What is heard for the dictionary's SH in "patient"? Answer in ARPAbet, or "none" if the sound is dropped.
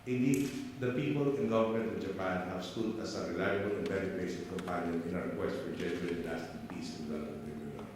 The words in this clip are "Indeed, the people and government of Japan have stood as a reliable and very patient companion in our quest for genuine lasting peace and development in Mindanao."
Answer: S